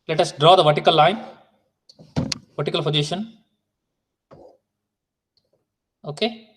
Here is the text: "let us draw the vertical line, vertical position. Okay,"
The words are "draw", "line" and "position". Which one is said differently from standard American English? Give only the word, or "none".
position